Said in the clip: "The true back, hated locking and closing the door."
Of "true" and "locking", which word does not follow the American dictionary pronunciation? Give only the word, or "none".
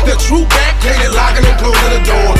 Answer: locking